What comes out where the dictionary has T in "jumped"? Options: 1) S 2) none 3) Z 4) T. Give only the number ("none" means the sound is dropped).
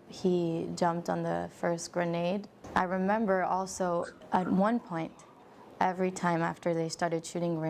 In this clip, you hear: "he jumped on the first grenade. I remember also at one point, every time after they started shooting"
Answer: 4